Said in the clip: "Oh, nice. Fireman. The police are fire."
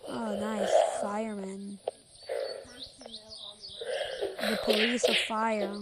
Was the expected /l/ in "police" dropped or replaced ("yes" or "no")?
yes